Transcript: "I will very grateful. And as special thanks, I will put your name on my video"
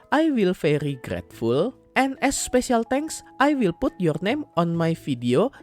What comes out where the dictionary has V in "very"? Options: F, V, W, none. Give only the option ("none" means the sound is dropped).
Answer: F